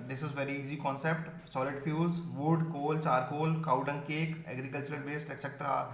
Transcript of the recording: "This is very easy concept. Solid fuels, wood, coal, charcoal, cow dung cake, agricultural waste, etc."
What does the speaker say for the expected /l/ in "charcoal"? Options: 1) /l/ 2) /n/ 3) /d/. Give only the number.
1